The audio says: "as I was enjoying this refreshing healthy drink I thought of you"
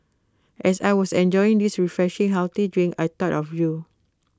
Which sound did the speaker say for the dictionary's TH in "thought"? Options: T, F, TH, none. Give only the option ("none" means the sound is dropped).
T